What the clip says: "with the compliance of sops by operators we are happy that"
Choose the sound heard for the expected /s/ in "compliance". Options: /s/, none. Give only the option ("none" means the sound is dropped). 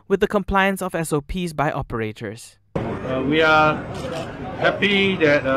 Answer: /s/